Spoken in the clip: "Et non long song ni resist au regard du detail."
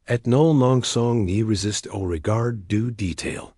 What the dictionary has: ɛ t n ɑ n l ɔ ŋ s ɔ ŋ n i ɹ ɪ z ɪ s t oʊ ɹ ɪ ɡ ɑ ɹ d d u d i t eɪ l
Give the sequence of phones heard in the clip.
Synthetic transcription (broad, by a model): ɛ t n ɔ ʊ l ɔ ŋ s ɔ ŋ n i ɹ ɪ z ɪ s t oʊ ɹ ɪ ɡ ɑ ɹ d d u d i t eɪ l